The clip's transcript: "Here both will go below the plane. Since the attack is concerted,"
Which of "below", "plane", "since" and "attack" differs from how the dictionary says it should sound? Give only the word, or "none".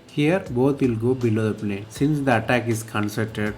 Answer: plane